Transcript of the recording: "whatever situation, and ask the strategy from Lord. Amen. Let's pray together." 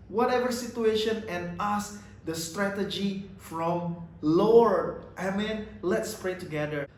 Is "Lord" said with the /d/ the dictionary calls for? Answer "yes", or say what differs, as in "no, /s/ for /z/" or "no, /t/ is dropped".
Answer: no, /d/ is dropped